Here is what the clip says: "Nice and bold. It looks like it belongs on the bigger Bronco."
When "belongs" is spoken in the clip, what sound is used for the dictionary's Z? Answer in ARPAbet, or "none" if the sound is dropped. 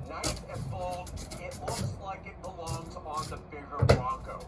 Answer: Z